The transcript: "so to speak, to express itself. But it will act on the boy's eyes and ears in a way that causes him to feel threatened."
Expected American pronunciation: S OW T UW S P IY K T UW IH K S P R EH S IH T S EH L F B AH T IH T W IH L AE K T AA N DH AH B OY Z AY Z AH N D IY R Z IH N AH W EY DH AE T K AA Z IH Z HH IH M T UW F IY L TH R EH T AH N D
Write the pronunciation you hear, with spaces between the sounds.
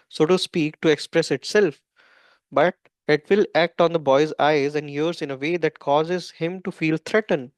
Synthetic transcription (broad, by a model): S OW T UW S P IY K T UW IH K S P R EH S IH T S EH L F B AH T IH T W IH L AE K T AA N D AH B OY Z AY Z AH N D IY R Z IH N AH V EY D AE T K AA Z IH Z HH IH M T UW F IY L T R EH T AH N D